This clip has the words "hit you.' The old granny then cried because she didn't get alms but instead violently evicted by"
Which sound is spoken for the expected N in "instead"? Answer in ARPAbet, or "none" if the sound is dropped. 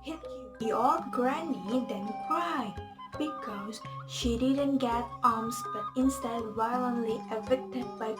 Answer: N